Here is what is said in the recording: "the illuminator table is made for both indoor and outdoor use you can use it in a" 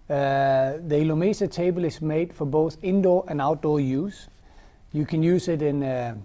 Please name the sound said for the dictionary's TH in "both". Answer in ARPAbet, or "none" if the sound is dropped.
TH